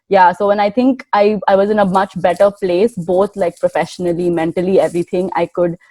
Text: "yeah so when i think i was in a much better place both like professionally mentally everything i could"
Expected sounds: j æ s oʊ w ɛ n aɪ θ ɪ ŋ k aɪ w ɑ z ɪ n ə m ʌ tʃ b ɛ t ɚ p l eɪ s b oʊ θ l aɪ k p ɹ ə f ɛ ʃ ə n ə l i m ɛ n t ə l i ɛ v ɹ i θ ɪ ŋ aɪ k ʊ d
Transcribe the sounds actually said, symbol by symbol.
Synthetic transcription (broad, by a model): j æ s oʊ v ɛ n aɪ t ɪ ŋ k aɪ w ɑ z ɪ n ə m ʌ tʃ b ɛ t ɚ p l eɪ s b oʊ t l aɪ k p ɹ ə f ɛ ʃ ə n ə l i m ɛ n t ə l i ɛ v ɹ i t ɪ ŋ aɪ k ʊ d